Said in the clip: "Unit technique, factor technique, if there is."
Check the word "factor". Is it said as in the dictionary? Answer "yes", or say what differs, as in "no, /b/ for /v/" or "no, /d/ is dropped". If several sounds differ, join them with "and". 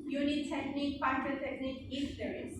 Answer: no, /p/ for /f/